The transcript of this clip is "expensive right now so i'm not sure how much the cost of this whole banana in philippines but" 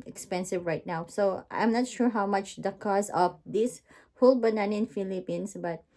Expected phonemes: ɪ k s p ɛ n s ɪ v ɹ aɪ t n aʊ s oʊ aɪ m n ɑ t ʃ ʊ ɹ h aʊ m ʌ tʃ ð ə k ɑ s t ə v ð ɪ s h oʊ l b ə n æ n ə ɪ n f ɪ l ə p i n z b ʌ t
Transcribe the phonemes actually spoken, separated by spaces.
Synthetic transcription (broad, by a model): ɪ k s p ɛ n s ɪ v ɹ aɪ t n aʊ s oʊ aɪ m n ɑ t ʃ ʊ ɹ h aʊ m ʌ tʃ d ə k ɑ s ə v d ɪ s h oʊ l b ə n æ n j ɪ n f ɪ l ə p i n s b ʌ t